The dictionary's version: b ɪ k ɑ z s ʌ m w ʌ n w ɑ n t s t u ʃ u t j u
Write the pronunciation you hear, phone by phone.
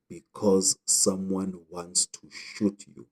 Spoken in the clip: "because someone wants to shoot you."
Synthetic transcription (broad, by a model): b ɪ k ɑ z s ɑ m w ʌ n w ɑ n t s t u ʃ u t j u